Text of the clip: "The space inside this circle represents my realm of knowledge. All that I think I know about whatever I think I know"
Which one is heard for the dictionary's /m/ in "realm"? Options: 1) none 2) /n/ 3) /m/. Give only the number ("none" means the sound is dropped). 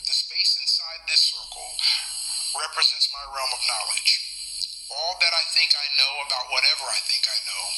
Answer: 3